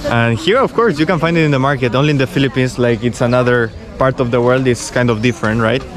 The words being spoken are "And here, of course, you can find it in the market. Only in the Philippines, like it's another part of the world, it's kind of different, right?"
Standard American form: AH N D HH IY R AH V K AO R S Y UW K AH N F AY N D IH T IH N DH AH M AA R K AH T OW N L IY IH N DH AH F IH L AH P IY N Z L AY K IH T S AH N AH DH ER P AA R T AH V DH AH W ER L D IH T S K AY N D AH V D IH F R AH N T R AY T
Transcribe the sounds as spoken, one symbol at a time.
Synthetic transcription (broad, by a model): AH N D HH IY R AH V K AO R S Y UW K AH N F AY N D IH T IH N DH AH M AA R K AH T OW N L IY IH N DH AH F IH L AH P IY N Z L AY K IH T S AH N AH DH ER P AA R T AH V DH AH W ER L D IH T S K AY N D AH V D IH F R AH N T R AY T